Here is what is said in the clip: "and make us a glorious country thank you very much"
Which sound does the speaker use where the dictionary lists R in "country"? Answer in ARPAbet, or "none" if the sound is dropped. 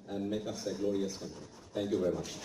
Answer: none